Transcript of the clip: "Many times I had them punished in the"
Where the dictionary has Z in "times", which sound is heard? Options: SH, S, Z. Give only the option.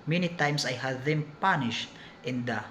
S